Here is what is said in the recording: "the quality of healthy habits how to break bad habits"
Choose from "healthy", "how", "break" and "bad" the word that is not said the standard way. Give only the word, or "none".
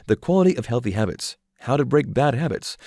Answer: none